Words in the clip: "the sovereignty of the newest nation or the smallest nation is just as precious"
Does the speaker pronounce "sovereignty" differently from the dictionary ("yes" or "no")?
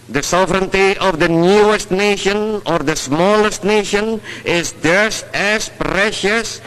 no